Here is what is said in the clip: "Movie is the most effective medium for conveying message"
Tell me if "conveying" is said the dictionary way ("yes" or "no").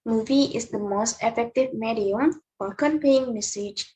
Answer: no